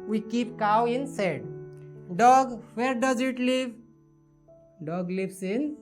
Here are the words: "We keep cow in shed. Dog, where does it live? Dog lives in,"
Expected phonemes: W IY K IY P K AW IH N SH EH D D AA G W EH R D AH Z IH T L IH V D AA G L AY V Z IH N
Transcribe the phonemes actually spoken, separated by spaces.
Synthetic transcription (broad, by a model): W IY K IY P K AW IH N S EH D D AA G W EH R D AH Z IH T L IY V D AA G L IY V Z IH N